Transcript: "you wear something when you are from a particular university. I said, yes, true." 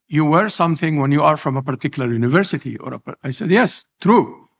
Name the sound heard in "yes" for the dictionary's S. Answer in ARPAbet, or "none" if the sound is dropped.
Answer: S